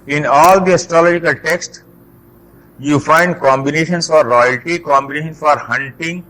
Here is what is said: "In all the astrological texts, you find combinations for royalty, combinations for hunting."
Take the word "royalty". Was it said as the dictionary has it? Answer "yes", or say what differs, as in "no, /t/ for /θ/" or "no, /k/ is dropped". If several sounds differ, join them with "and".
yes